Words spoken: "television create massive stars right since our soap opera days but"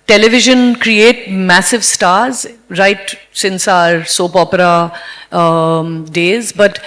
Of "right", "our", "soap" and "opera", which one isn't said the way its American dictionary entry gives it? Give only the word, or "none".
none